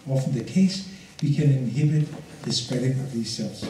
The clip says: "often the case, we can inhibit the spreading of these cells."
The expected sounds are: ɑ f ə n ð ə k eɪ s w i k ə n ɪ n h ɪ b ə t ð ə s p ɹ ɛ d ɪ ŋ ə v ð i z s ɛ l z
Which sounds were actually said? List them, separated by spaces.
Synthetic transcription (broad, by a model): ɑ f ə n ð ə k eɪ s w i k ə n ɪ n h ɪ b ə t ð ə s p ɛ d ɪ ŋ ə v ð i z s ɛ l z